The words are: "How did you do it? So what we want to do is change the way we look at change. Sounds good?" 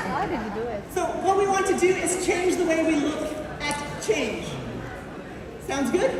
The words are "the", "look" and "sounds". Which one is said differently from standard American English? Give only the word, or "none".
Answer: none